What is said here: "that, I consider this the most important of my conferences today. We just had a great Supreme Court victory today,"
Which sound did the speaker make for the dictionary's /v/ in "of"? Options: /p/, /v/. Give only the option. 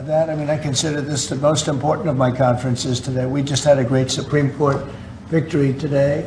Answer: /v/